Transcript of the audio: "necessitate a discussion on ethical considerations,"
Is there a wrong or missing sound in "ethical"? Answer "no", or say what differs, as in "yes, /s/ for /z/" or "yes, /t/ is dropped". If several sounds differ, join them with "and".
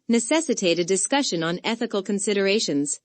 no